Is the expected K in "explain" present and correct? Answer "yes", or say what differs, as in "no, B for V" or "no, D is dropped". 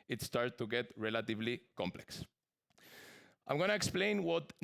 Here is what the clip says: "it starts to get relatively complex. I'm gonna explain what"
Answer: yes